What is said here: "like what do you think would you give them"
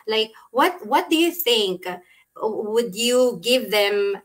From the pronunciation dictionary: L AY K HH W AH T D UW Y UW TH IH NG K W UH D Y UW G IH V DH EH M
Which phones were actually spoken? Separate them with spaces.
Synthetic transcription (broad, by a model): L AY K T W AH T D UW Y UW TH IH NG K W UH D Y UW G IH V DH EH M